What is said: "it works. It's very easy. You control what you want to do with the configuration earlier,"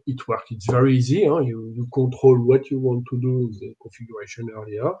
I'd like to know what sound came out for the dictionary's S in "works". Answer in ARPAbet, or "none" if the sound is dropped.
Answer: none